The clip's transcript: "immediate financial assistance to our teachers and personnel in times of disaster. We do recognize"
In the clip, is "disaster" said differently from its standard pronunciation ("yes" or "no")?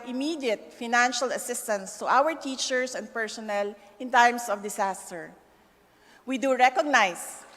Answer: yes